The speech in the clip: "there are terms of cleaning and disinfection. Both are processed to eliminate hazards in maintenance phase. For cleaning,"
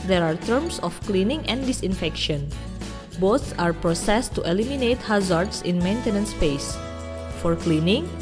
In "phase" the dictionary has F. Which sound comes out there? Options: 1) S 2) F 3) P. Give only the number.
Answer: 3